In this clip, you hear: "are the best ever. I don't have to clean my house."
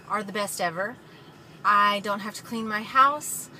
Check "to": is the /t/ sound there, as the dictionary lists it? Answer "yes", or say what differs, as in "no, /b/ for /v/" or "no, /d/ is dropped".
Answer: yes